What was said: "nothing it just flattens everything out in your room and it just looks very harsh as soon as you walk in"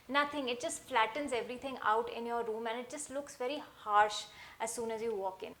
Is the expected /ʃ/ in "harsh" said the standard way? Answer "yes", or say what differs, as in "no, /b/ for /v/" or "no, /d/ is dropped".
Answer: yes